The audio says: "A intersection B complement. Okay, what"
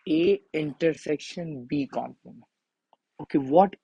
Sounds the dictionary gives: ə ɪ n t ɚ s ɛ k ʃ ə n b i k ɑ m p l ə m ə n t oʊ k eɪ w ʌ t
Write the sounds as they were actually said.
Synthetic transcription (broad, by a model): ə ɪ n t ɚ s ɛ k ʃ ə n b i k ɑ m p ə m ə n oʊ k eɪ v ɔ t